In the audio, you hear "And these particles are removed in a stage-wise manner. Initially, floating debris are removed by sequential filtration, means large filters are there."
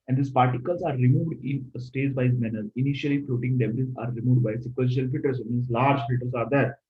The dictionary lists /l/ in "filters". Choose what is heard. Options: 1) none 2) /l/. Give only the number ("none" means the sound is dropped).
1